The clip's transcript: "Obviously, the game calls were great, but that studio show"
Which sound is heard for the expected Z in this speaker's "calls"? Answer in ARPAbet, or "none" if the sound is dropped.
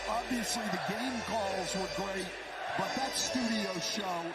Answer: Z